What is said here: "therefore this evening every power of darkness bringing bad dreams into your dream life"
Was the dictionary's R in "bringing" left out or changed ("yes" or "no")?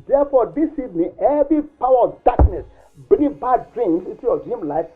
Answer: yes